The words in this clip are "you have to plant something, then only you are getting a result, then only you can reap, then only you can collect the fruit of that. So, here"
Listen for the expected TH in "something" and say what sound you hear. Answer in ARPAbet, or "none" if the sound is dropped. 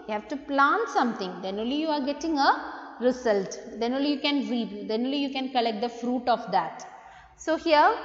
T